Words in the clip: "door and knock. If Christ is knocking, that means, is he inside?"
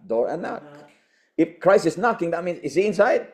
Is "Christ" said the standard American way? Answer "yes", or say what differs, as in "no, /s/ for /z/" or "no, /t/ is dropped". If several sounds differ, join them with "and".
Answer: no, /t/ is dropped